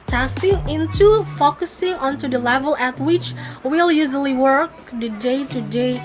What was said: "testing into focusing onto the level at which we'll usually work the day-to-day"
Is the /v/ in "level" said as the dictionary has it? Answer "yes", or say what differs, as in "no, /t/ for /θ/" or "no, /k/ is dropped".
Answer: yes